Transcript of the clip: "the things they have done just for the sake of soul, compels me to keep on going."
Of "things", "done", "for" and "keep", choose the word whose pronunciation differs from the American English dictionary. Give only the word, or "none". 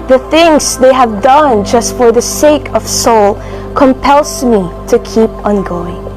none